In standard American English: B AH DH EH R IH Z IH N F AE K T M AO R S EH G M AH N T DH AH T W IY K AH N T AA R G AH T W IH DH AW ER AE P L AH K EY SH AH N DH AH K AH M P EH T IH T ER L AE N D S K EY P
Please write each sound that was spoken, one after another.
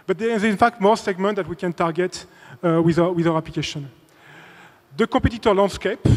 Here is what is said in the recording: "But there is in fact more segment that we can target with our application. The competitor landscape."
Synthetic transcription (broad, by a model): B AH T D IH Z IH N F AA K T M AO R S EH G M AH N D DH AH T W IY K AH N T AA R G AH T W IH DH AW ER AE P L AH K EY SH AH N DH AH K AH P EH T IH T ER L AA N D S K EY P